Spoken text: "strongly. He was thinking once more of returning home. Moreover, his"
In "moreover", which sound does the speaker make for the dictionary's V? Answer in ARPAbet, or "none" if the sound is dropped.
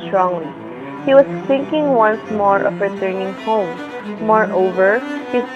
V